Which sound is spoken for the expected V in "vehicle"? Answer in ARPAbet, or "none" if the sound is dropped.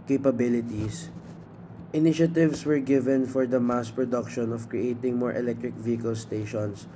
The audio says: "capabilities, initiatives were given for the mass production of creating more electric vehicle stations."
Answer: V